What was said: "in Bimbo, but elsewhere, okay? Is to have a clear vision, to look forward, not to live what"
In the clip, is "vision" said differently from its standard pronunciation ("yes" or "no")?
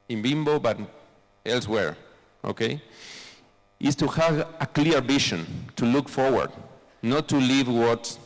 yes